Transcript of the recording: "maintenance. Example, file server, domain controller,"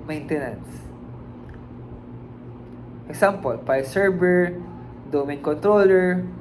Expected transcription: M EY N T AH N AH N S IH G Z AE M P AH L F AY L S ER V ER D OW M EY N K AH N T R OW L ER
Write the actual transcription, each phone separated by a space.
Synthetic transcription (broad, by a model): M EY N T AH N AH N S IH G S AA M P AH L P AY S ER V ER D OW M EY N K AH N T R OW L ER